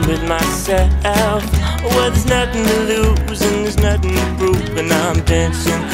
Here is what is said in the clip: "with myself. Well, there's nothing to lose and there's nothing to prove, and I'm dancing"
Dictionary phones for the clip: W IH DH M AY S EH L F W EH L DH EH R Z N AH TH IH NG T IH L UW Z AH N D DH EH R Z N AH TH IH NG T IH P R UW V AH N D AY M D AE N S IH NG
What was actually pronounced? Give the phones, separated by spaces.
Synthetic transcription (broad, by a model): W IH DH M AY S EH L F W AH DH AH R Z N AH TH IH NG T IH L UW Z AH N DH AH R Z N AH TH IH NG T IH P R UW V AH N AY M D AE N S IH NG